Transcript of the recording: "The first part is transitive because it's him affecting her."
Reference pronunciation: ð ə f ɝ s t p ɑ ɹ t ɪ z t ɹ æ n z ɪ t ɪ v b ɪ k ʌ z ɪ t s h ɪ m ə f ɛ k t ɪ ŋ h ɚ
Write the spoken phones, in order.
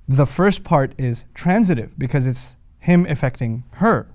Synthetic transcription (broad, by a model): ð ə f ɝ s t p ɑ ɹ t ɪ z t ɹ æ n z ɪ t ɪ v b ɪ k ʌ z ɪ t s h ɪ m ə f ɛ k t ɪ ŋ h ɚ